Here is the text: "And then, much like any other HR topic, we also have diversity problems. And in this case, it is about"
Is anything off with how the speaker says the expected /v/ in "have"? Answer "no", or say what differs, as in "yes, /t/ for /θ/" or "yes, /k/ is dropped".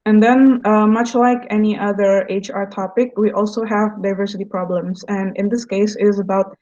no